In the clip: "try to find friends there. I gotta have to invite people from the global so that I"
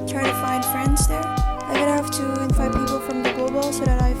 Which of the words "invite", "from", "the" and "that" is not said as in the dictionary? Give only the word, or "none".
invite